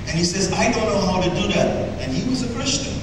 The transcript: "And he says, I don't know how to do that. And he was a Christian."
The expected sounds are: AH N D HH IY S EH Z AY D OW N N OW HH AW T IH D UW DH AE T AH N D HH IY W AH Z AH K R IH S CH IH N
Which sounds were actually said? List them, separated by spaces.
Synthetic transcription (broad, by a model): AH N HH IY S EH Z AY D OW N N OW HH AW T IH D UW DH AE T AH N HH IY W AH Z AH K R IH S CH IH N